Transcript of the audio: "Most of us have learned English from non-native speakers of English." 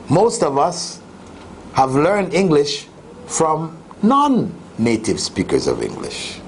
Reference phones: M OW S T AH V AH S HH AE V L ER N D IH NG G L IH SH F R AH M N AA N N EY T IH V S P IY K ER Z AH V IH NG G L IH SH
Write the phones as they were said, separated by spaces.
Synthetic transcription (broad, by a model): M OW S T AH V AH S HH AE V L ER N D IH NG G L IH SH F R AH M N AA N N EY T IH V S P IY K ER Z AH V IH NG G L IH SH